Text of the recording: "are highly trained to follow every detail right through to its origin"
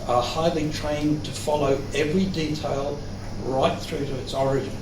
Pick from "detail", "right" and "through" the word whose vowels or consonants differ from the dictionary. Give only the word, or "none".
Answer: none